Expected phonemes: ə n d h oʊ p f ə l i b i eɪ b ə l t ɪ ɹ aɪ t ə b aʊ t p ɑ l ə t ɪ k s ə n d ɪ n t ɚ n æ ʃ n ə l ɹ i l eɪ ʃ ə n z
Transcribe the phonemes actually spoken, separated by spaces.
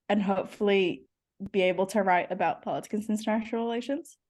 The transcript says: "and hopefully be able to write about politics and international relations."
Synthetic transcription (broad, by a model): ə n h oʊ p f l i b i eɪ b l t ɪ ɹ aɪ t ə b aʊ t p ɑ l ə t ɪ k ə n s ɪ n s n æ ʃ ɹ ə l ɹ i l eɪ ʃ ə n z